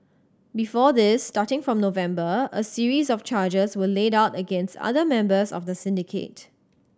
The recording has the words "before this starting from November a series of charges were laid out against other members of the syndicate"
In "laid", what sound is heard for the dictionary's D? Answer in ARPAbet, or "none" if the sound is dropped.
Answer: D